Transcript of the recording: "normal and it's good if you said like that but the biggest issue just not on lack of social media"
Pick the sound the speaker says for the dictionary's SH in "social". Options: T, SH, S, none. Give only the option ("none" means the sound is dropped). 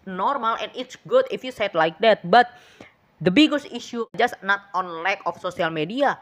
S